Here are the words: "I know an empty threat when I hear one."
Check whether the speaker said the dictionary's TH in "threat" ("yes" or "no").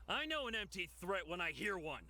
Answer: yes